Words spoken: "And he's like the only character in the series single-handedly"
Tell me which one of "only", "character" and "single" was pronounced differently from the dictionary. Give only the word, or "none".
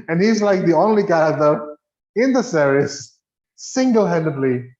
character